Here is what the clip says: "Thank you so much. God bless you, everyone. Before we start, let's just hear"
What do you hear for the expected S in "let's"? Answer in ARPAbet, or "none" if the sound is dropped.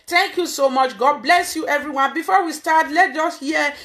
none